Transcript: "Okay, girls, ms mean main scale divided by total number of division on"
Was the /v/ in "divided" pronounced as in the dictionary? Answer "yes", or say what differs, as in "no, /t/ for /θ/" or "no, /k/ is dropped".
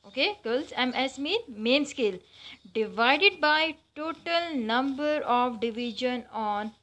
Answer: yes